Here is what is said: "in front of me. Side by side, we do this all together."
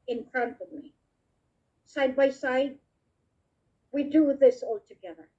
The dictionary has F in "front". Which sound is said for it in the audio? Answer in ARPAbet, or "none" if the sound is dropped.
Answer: P